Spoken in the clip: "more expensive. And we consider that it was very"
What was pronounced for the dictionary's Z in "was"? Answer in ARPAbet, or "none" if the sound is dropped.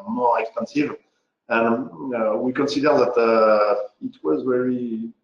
Z